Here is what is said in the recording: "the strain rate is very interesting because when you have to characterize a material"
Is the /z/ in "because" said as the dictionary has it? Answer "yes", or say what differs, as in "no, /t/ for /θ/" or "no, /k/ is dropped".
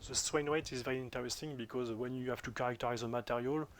yes